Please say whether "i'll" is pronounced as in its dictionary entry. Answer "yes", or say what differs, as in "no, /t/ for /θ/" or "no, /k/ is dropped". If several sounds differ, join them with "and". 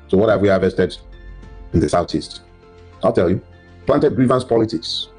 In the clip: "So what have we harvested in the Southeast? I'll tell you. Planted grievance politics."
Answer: yes